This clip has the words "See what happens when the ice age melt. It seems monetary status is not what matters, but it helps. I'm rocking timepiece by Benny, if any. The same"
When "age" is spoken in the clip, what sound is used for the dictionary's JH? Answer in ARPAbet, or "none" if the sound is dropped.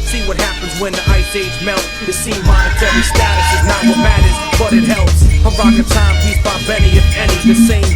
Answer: Z